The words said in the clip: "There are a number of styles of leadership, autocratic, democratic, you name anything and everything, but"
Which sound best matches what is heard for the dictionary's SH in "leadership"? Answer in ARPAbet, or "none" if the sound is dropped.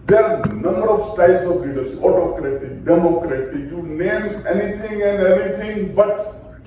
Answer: S